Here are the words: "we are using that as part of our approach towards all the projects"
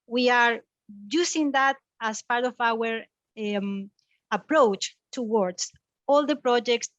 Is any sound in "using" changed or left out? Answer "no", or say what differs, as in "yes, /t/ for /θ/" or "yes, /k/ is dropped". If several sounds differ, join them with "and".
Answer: yes, /s/ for /z/